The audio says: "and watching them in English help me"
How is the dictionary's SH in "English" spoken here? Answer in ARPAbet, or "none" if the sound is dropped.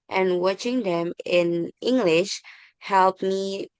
SH